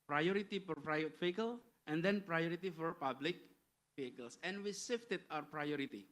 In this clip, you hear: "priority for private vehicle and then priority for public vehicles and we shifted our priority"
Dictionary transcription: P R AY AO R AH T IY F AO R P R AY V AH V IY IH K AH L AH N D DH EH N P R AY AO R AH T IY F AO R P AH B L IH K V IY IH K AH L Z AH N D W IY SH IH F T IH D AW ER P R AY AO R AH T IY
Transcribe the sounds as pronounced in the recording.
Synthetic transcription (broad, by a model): P R AY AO R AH T IY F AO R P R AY AH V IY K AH L AH N D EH N P R AY AO R AH T IY F AO R P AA B L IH K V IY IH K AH L S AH N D W IY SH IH F T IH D AW ER P R AY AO R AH T IY